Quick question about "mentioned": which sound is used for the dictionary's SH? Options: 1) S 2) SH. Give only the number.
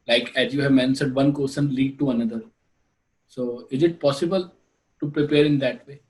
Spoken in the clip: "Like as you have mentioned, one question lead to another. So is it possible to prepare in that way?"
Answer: 1